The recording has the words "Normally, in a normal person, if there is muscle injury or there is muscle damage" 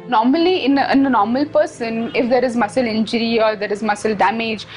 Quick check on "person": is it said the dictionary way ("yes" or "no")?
yes